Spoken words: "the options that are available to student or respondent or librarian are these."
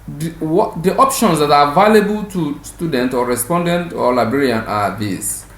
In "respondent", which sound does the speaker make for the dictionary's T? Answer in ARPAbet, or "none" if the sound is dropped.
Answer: T